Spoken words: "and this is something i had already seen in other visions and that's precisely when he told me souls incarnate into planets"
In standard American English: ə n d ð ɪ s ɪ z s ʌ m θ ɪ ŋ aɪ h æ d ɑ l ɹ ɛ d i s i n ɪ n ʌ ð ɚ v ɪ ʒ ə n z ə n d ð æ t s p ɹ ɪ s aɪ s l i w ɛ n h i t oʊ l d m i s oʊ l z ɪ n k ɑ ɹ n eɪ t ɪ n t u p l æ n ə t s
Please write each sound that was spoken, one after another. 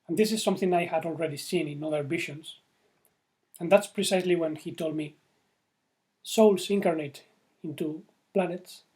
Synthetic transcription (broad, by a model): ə n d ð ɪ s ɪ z s ʌ m θ ɪ ŋ aɪ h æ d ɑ l ɹ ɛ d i s i n ɪ n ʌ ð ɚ b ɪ ʃ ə n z ə n d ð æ t s p ɹ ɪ s aɪ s l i w ɛ n h i t oʊ l d m i s oʊ l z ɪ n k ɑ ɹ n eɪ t ɪ n t u p l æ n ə t s